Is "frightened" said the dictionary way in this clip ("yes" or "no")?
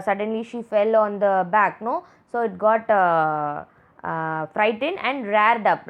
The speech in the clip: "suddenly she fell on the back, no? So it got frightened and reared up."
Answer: no